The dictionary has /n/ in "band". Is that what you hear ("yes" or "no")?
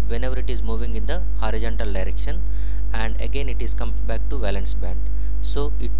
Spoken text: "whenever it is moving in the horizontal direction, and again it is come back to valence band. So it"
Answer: yes